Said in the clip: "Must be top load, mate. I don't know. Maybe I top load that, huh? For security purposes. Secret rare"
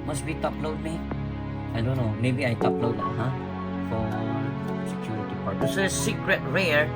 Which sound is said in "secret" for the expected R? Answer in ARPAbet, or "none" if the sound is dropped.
R